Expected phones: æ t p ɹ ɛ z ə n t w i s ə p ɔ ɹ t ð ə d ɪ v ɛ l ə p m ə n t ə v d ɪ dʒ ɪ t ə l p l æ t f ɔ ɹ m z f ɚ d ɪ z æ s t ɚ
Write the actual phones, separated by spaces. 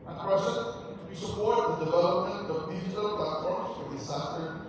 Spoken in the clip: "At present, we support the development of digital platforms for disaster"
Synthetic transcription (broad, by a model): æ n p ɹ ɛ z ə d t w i s ə p ɔ ɹ t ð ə d ɪ v ɛ l ə p m ə n t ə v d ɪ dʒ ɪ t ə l p l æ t f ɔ ɹ m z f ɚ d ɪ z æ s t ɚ